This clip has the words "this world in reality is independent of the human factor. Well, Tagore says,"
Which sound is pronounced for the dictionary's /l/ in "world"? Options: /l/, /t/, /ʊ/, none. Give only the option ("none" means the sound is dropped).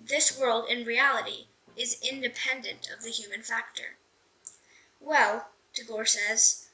/l/